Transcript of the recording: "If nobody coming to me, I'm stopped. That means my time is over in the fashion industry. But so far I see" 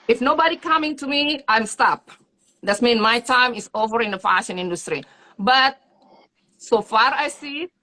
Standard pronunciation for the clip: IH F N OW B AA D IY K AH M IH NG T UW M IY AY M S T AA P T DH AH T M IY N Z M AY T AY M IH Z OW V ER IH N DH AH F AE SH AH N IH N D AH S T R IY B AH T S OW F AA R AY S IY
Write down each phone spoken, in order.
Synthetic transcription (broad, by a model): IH F N OW B AA D IY K AH M IH NG T UW M IY AY M S T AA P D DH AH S M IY N M AY T AY M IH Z OW V ER IH N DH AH F AE SH AH N IH N D AH S T R IY B AH T S OW F AA R AY S IY